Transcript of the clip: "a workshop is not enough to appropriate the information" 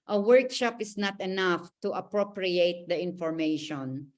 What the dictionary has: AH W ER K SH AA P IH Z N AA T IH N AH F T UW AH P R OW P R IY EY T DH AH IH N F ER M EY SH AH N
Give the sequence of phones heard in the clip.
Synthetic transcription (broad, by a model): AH W ER K SH AA P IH S N AA T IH N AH F T UW AH P R OW P R IY EY T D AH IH N F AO M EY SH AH N